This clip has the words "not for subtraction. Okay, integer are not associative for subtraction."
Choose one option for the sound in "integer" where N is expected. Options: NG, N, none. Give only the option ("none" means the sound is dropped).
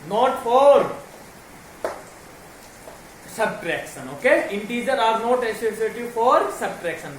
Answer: N